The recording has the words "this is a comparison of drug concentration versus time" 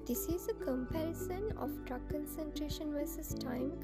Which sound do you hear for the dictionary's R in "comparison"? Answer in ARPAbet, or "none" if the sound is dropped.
R